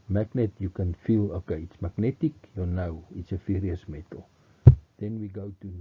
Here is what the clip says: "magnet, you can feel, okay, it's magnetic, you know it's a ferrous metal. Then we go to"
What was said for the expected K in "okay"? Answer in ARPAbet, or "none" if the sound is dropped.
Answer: K